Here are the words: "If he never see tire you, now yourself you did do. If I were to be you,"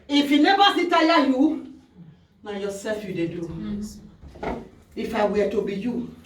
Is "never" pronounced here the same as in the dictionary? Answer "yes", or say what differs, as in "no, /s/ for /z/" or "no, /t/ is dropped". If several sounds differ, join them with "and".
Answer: no, /b/ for /v/